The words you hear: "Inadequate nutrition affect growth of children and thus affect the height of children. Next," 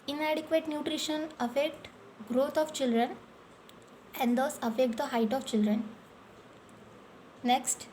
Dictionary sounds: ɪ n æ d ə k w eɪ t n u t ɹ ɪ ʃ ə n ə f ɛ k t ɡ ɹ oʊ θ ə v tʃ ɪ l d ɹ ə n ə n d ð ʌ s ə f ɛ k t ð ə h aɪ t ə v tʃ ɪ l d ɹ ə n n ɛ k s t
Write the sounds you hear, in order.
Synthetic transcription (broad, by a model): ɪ n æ d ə k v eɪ t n u t ɹ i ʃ ə n ə f ɛ k t ɡ ɹ oʊ t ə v tʃ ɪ l d ɹ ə n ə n d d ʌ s ə f ɛ k t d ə h aɪ t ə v tʃ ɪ l d ɹ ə n n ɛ k s t